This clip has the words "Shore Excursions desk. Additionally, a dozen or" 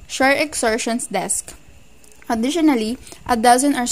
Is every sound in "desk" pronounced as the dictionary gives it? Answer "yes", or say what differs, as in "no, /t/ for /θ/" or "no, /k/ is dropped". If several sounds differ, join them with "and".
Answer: yes